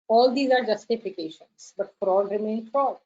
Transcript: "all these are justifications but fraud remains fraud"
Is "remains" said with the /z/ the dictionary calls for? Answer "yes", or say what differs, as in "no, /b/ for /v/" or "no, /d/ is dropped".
no, /z/ is dropped